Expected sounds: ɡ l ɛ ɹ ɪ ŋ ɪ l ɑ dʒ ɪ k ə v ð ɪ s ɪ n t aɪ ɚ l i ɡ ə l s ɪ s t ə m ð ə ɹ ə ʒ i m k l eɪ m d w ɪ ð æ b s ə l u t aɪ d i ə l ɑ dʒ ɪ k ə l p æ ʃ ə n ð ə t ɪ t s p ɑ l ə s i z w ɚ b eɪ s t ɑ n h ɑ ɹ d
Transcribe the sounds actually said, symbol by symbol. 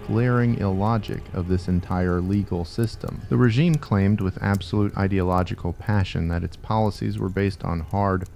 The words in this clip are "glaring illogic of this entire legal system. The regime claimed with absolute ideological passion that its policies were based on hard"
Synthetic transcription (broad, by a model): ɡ l ɛ ɹ ɪ ŋ ɪ l ɑ dʒ ɪ k ə v ð ɪ s ɪ n t aɪ ɚ l i ɡ l s ɪ s t ə m ð ə ɹ ə ʒ i m k l eɪ m d w ɪ ð æ b s ə l u t aɪ d i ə l ɑ dʒ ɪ k l p æ ʃ ə n ð ə t ɪ t s p ɑ l ə s i z w ɚ b eɪ s t n h ɑ ɹ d